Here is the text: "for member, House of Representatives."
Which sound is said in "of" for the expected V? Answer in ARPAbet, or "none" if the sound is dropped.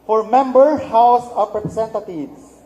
P